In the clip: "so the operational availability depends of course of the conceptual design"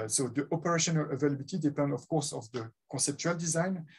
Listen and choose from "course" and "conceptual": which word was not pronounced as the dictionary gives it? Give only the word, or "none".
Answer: conceptual